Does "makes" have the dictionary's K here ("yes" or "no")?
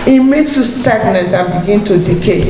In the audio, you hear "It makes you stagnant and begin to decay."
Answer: no